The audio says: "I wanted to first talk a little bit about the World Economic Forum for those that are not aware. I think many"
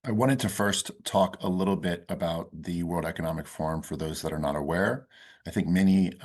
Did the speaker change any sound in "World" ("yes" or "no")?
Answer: no